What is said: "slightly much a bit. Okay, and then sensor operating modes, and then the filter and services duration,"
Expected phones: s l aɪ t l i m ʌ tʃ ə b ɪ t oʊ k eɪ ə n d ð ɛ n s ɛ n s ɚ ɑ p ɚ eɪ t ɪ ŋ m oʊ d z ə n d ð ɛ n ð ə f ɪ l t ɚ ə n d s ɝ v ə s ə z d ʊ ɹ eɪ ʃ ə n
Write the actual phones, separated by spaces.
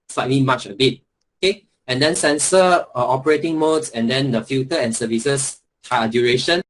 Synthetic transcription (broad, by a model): s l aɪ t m i m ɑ tʃ ə b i t oʊ k eɪ ə n d ɛ n s ɛ n s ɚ ɑ p ɚ eɪ t ɪ ŋ m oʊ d s ə n d ɛ n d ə f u t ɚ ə n s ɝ v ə s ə s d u ɹ eɪ ʃ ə n